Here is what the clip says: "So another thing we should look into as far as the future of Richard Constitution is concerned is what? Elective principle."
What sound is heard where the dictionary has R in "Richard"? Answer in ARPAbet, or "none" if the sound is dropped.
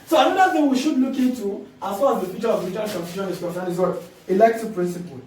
L